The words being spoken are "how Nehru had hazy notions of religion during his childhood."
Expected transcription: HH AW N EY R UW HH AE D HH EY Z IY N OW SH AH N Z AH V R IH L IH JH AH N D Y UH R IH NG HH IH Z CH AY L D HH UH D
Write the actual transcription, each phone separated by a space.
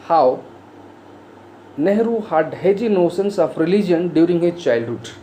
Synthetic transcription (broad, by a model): HH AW N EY R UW HH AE D HH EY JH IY N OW S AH N S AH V R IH L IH JH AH N D Y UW R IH NG HH IH Z CH AY L D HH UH D